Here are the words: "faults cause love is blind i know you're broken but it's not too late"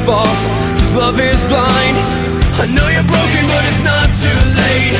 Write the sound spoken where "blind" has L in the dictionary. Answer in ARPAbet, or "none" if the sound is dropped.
L